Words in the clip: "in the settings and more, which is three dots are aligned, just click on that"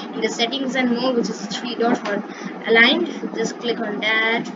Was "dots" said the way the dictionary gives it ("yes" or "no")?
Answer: no